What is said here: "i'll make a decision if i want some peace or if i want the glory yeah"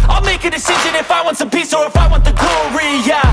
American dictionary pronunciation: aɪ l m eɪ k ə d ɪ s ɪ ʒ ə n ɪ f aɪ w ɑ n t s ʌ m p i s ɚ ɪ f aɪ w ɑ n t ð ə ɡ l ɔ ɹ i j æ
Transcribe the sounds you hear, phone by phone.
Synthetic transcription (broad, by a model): aɪ l m eɪ k ə d ɪ s ɪ ʒ ə n ɪ f aɪ w ɑ n t s ʌ m p i s ɚ ɪ f aɪ w ɑ n t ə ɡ ɔ ɹ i j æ